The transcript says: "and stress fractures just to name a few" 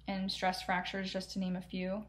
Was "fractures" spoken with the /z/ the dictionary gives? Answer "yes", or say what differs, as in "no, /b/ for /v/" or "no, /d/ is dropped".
yes